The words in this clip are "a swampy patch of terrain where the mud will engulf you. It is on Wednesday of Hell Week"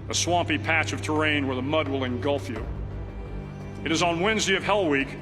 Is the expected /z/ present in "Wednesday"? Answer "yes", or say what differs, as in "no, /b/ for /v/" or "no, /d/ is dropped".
yes